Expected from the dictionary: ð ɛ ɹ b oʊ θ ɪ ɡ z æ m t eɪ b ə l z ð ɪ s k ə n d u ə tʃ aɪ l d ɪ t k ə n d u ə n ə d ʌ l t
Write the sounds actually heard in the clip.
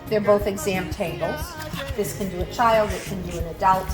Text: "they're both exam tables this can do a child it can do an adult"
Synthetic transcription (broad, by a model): ð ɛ ɹ b oʊ θ ɪ ɡ z æ m t eɪ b l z ð ɪ s k ə n d ə tʃ aɪ l d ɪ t k ə n d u ə n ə d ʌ l t